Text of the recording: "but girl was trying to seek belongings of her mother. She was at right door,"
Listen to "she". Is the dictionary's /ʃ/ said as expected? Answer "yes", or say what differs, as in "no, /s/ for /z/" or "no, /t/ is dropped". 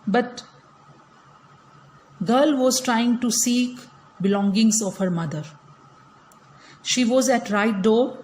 yes